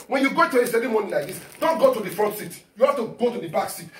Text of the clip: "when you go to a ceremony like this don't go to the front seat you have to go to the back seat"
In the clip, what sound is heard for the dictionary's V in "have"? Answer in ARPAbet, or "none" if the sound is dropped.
F